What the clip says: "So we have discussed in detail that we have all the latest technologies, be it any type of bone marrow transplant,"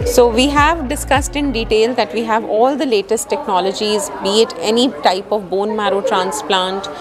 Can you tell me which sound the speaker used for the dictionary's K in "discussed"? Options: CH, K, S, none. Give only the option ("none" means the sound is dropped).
K